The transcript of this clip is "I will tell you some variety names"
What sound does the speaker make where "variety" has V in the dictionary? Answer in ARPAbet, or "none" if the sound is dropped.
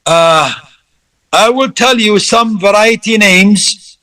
V